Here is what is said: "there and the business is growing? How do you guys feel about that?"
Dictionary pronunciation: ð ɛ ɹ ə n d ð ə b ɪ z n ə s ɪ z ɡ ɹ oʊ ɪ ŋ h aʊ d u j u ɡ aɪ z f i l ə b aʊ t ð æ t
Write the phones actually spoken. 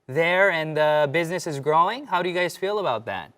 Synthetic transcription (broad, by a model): ð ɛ ɹ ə n ð ə b ɪ z n ə s ɪ z ɡ ɹ oʊ ɪ ŋ h aʊ d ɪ j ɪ ɡ aɪ z f i l ə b aʊ t ð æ t